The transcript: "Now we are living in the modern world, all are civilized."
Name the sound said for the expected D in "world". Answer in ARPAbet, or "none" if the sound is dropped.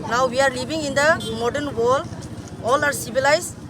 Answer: none